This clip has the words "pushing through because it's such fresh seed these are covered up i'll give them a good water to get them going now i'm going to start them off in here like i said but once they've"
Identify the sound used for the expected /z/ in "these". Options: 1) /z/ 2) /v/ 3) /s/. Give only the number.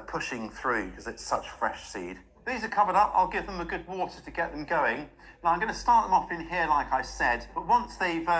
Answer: 1